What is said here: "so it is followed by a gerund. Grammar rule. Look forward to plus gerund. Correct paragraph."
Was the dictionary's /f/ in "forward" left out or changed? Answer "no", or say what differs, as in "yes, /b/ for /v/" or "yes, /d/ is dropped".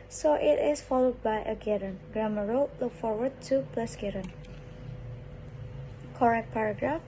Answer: no